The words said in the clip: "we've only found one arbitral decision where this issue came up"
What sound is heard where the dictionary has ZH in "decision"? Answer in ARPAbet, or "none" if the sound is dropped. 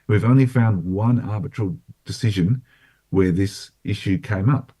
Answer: ZH